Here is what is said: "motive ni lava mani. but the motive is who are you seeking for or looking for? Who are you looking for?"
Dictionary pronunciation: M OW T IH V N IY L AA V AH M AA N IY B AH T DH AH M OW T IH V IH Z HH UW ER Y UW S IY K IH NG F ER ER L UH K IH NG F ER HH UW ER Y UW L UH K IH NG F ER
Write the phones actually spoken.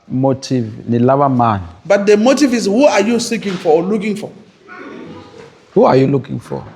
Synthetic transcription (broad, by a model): M OW T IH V N IY L AA B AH M AA N IY B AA T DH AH M OW T IH V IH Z HH UW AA Y UW S IY K IH NG F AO L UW K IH NG F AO HH UW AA Y UW L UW K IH NG F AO